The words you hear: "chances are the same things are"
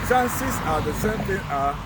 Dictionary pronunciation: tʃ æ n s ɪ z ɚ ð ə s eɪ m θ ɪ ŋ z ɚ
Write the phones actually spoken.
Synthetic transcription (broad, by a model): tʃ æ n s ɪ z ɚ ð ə s eɪ m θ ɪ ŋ ɚ